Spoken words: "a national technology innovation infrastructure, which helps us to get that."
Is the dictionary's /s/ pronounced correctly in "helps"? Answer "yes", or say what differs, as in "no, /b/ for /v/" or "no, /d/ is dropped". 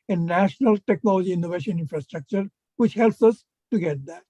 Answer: yes